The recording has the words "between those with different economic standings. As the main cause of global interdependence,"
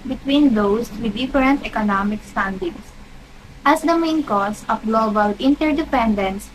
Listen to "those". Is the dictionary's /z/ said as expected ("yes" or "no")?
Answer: no